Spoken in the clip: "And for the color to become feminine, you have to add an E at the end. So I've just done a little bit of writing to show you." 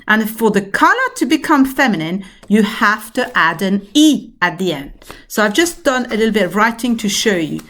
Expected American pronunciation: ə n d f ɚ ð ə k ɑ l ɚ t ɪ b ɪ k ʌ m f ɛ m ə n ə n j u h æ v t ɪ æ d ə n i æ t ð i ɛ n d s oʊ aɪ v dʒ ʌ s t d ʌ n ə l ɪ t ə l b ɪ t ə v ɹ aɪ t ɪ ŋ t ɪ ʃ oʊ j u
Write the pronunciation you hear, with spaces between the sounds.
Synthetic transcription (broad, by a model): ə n f ɚ ð ə k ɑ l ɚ t ɪ b ɪ k ʌ m f ɛ m ə n ə n j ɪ h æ f t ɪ æ d ə n i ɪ t ð i ɛ n d s oʊ aɪ v dʒ ʌ s d ʌ n ə l ɪ t l b ɪ t ə v ɹ aɪ t ɪ ŋ t ɪ ʃ oʊ j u